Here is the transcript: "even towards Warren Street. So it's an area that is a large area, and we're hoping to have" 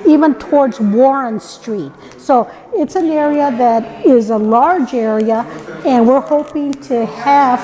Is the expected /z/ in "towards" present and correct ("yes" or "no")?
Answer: yes